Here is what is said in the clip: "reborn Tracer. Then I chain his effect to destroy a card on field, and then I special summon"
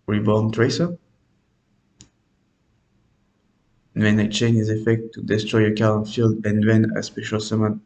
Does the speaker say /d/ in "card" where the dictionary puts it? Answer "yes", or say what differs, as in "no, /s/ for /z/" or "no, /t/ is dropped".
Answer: no, /d/ is dropped